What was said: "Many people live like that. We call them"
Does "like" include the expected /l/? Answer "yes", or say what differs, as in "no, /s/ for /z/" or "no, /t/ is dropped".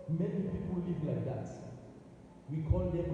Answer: yes